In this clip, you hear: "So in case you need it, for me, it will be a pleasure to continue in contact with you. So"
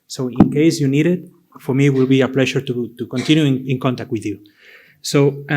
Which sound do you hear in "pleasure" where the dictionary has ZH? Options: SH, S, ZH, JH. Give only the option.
SH